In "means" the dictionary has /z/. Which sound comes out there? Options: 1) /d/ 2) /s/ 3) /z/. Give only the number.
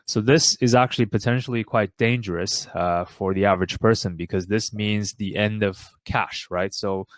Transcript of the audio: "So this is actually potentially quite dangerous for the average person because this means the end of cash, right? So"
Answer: 3